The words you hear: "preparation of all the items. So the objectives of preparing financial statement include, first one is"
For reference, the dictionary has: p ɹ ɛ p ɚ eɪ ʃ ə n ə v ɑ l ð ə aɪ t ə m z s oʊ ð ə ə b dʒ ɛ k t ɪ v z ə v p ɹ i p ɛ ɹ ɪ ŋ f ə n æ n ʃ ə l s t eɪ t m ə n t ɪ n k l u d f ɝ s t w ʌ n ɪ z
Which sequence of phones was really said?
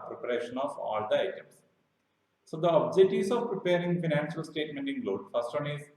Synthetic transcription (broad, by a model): p ɹ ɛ p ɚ eɪ ʃ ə n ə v ɑ l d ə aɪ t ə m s s oʊ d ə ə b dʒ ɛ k t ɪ z ə v p ɹ i p ɛ ɹ ɪ ŋ f ə n æ n ʃ ə l s t eɪ t m ə n t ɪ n l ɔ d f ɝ s t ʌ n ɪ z